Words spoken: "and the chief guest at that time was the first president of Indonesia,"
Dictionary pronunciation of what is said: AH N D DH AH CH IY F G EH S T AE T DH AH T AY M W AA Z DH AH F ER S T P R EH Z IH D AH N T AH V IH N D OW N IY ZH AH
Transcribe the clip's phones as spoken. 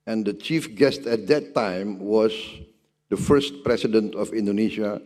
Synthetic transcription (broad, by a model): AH N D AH CH IY F G EH S T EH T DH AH T AY M W AA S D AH F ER S T P R EH S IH D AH N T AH F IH N D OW N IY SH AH